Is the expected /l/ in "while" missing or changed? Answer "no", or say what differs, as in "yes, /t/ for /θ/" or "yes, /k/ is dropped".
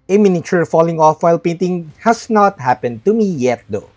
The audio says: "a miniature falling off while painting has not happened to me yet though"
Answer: no